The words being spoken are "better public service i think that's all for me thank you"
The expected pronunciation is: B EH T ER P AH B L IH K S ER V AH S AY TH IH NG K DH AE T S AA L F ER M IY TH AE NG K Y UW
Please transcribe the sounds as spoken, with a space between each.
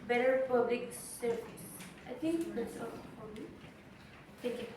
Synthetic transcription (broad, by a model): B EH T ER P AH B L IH K S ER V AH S AY T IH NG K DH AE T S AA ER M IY T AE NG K Y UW